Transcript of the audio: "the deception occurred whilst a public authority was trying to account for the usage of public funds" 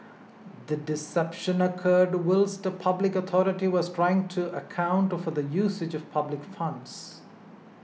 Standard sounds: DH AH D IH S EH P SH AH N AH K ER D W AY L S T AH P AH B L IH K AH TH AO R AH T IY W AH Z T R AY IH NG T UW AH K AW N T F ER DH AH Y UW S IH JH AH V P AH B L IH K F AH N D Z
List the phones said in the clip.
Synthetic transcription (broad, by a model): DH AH D IH S EH P SH AH N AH K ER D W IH L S T AH P AH B L IH K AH T AO R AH T IY W AH Z T R AY IH NG T UW AH K AW N T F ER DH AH Y UW S IH JH AH V P AH B L IH K F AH N D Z